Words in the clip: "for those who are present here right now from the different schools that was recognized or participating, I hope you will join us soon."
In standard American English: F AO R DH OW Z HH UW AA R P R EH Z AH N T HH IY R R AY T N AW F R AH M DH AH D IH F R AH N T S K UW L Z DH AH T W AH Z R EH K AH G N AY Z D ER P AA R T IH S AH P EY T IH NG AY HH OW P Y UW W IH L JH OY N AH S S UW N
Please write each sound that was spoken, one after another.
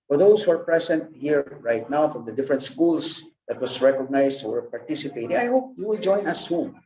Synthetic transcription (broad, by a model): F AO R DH OW S HH UW AA R P R EH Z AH N T HH IY R R AY T N AW F R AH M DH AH D IH F R AH N T S K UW L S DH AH T W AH S R EH K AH G N AY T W ER P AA R T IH S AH P EY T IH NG AY HH OW P Y UW W IH L JH OY N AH S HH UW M